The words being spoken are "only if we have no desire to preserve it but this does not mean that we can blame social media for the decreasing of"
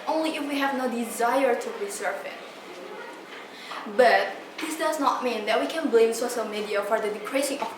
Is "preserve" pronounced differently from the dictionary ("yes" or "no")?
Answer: yes